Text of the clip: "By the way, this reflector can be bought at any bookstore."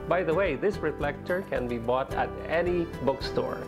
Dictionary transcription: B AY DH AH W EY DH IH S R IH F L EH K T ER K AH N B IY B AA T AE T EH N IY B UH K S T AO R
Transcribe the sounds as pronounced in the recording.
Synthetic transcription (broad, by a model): B AY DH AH W EY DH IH S R IH F L EH K T ER K AH N B IY B AA T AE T EH N IY B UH K S T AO R